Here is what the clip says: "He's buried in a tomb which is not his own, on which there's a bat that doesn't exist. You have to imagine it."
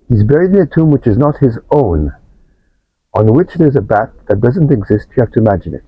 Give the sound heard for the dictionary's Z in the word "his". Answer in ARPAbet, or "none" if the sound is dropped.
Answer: Z